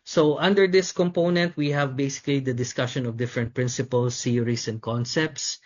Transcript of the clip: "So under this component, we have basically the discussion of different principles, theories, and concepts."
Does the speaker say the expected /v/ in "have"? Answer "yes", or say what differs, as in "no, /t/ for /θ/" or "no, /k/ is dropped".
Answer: yes